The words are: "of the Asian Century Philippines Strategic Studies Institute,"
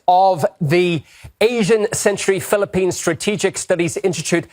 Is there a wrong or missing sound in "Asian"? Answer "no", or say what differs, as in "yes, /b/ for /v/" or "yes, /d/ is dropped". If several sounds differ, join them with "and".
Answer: no